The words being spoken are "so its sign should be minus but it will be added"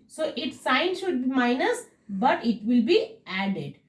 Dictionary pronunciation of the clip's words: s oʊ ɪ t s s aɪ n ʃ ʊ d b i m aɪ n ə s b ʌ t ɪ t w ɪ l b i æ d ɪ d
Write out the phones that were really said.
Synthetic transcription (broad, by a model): s oʊ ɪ t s s aɪ n ʃ ʊ d b i m aɪ n ə s b ʌ t ɪ t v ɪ l b i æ d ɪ d